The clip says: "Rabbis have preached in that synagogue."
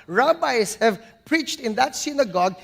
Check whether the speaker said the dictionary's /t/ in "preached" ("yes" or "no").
yes